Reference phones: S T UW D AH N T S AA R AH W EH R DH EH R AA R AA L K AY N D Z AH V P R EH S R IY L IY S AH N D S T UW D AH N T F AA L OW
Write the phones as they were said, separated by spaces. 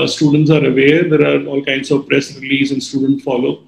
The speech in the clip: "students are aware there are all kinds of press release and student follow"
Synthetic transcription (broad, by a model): S T UW D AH N T S AA R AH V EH R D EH R AA R AA L K AY N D S AH V P R EH S R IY L IY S AH N D S T UW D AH N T F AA L OW